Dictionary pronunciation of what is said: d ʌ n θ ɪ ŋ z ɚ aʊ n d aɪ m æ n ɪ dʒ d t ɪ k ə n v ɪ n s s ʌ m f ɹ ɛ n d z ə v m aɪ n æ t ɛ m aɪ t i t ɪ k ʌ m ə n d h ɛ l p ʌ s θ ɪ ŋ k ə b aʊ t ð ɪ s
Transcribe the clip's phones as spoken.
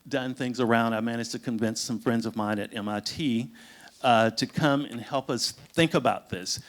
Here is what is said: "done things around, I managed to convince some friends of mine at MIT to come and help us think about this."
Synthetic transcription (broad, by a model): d ʌ n θ ɪ ŋ z ɚ aʊ n d aɪ m æ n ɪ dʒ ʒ t ɪ k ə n v ɪ n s s ʌ m f ɹ ɛ n d z ə v m aɪ n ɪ t ɛ m aɪ t i t ɪ k ʌ m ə n h ɛ l p ʌ s θ ɪ ŋ k ə b aʊ t ð ɪ s